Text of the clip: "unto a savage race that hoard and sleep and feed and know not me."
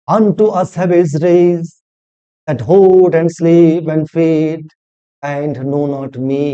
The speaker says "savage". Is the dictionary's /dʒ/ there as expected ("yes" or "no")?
no